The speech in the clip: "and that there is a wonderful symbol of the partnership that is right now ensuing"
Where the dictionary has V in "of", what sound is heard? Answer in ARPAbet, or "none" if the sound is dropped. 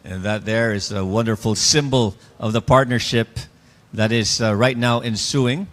V